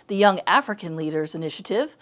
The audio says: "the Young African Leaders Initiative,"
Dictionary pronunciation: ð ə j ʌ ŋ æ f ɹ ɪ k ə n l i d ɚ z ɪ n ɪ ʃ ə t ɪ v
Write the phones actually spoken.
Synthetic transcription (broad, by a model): ð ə j ʌ ŋ æ f ɹ ɪ k ə n l i d ɚ z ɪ n ɪ ʃ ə t ɪ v